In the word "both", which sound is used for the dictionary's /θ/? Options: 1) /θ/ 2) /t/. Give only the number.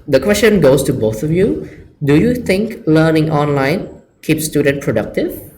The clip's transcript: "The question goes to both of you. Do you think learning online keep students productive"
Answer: 2